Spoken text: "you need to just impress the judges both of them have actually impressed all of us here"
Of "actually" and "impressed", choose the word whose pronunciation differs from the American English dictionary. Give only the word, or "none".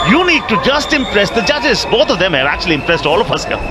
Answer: none